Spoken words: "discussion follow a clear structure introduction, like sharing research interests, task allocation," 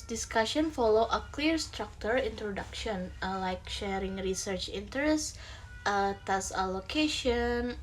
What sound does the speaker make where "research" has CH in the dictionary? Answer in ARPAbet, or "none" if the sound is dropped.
CH